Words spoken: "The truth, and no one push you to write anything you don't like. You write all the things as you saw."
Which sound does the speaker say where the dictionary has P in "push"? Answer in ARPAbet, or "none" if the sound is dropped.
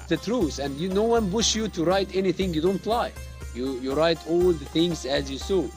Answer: B